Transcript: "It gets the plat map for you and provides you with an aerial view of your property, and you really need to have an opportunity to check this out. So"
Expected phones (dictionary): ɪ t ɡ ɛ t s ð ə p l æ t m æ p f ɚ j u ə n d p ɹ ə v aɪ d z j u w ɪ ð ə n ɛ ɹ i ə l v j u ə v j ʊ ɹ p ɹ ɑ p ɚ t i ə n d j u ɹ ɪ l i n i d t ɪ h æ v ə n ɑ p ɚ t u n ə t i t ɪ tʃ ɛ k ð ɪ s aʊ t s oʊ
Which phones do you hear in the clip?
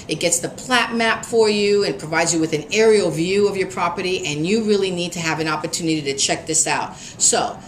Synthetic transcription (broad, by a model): ɪ t ɡ ɛ t s ð ə p l æ t m æ p f ɚ j u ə n p ɹ ə v aɪ d z j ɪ w ɪ ð ə n ɛ ɹ i l v j u ə v j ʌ ɹ p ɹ ɑ p ɚ t i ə n j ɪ ɹ ɪ l i n i d t ɪ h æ v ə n ɑ p ɚ t u n ə t i t ɪ tʃ ɛ k ð ɪ s aʊ t s oʊ